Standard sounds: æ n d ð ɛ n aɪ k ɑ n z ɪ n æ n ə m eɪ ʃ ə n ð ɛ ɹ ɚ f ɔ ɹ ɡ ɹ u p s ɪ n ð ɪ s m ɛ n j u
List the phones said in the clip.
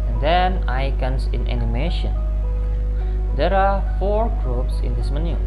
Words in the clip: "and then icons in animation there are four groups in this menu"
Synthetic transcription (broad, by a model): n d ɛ n aɪ k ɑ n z ɪ n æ n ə m eɪ ʃ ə n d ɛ ɹ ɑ f ɔ ɹ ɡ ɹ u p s ɪ n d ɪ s m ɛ n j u